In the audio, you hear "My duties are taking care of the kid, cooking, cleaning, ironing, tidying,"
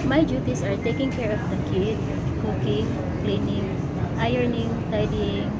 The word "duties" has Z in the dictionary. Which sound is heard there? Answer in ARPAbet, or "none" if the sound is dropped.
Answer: S